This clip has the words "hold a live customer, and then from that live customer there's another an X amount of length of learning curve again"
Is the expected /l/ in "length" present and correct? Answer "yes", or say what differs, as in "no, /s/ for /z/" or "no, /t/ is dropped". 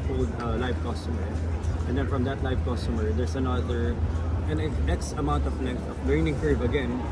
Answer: no, /n/ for /l/